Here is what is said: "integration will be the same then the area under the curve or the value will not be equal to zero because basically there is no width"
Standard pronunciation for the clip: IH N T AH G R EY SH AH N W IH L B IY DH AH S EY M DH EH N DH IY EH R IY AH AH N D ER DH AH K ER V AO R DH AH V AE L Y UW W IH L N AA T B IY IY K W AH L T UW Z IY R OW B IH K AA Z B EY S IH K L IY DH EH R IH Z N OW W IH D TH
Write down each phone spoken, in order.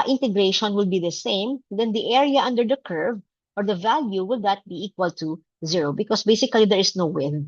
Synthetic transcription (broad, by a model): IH N T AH G R EY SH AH N W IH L B IY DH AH S EY M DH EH N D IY EH R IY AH AH N D ER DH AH K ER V AO R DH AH V AE L Y UW W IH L N AA T B IY IY K W AH L T UW Z IY R OW B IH K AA S B EY S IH K L IY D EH R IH S N OW W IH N